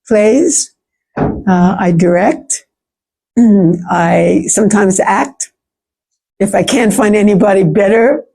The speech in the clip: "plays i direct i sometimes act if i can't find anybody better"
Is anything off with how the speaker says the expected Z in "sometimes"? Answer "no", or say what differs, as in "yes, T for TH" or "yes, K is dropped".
no